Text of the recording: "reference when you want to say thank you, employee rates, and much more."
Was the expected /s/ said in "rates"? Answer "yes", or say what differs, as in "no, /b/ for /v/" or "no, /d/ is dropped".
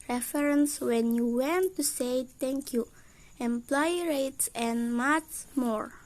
yes